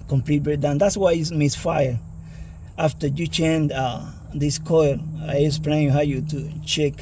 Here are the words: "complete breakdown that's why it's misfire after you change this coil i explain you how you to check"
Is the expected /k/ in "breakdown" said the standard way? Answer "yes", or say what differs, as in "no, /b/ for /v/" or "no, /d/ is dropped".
no, /k/ is dropped